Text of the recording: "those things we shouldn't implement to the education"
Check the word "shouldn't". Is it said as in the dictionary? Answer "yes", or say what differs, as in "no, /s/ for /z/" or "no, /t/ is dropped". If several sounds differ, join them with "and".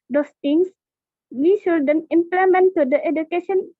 no, /t/ is dropped